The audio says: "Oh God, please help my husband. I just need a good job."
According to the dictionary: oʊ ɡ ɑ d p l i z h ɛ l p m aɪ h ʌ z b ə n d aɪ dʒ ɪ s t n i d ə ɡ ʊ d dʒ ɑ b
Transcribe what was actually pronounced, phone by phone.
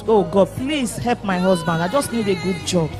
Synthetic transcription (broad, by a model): oʊ ɡ ɑ d p l i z h ɛ l p m aɪ h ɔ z b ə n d aɪ dʒ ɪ s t n i d ə ɡ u d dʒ ɑ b